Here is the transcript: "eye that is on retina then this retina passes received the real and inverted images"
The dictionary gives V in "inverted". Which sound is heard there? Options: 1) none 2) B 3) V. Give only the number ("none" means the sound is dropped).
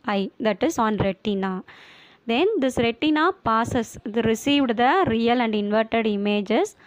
3